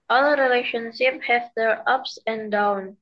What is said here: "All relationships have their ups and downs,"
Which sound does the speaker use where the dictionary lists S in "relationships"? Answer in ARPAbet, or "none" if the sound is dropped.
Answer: none